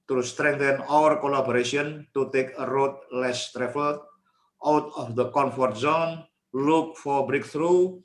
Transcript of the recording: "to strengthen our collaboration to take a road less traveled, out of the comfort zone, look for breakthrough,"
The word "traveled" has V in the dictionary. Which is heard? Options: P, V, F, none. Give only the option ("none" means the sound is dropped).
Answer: F